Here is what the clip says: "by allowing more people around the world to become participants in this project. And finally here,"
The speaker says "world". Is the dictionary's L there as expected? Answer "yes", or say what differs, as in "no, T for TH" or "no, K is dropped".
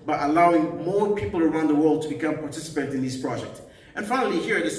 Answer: yes